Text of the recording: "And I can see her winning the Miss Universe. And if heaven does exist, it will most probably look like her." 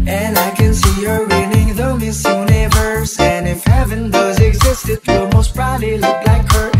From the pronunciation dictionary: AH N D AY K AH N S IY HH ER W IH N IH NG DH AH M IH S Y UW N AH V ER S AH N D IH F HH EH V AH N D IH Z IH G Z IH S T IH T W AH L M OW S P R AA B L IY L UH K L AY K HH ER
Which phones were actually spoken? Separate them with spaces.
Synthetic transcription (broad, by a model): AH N AY K AH N S IY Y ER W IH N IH NG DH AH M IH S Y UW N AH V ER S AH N IH F HH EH V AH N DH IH Z IH G Z IH S T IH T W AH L M OW S B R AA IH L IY L UH K L AY K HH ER